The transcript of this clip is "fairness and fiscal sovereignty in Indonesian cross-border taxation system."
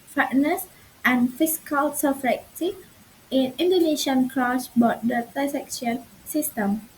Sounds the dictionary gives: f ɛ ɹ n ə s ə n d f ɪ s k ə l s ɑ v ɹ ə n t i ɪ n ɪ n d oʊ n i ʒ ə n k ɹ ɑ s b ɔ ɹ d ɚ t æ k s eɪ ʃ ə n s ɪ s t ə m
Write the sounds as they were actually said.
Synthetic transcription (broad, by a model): f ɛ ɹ n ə s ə n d f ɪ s k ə l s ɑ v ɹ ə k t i ɪ n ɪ n d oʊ n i ʃ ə n k ɹ ɑ s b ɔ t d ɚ s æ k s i ə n s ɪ s t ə m